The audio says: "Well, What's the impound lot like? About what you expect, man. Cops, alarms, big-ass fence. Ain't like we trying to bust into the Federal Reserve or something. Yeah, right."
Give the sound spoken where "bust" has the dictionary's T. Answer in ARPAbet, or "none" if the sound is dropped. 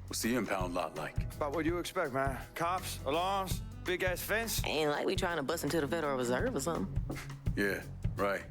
none